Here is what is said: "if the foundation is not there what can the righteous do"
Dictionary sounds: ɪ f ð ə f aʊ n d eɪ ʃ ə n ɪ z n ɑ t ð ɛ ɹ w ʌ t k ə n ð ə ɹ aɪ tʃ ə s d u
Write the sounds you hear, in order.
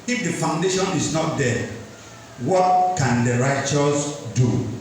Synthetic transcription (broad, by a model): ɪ f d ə f aʊ n d eɪ ʃ ə n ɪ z n ɑ t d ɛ w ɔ t k ə n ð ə ɹ aɪ tʃ ə s d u